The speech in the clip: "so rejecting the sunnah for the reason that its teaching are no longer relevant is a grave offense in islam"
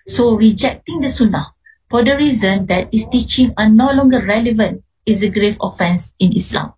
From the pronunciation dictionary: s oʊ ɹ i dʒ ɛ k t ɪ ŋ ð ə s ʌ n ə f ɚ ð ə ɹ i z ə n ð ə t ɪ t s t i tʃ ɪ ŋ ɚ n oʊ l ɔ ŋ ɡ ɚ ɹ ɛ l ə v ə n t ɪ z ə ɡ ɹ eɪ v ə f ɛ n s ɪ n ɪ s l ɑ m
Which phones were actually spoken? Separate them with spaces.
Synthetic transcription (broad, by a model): s oʊ ɹ i dʒ ɛ k t ɪ ŋ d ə s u n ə f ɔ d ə ɹ i z ə n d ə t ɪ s t i tʃ ɪ ŋ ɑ n oʊ l ɔ ŋ ɡ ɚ ɹ ɛ l ə v ə n t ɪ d ə ɡ ɹ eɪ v ə f ɛ n s ɪ n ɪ s l ɑ m